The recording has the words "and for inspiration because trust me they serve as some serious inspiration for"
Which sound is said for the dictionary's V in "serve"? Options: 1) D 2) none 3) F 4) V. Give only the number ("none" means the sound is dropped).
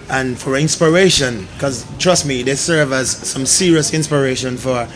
4